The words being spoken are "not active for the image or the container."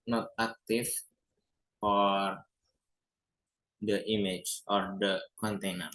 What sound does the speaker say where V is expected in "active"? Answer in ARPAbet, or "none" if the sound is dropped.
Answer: F